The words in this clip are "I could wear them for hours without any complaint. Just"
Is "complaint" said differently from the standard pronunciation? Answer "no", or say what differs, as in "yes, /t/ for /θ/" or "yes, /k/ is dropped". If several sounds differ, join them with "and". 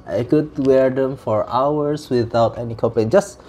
yes, /m/ is dropped and /l/ is dropped